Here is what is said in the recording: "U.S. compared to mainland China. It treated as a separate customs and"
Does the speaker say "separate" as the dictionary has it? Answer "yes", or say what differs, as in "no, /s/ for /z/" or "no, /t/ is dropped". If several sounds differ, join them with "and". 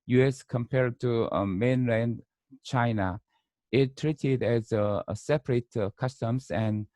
yes